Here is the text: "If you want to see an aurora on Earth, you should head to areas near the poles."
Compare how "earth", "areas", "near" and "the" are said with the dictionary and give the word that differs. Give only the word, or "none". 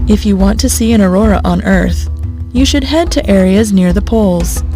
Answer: none